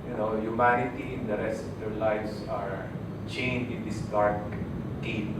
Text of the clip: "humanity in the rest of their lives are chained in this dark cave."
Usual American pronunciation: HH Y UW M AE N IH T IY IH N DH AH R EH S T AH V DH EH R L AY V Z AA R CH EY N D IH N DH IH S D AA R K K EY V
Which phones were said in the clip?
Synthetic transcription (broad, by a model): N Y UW M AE N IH T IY IH N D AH R EH S T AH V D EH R L AY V S AA R CH EY N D IH N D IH S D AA R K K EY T